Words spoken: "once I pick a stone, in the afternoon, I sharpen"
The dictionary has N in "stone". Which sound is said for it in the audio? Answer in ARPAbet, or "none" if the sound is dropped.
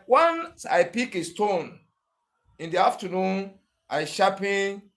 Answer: N